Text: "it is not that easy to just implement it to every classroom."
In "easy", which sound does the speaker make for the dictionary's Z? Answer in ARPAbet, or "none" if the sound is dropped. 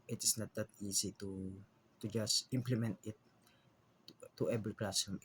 S